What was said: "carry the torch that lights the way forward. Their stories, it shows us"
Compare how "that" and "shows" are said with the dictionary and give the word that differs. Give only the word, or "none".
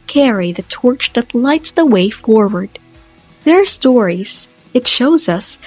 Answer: none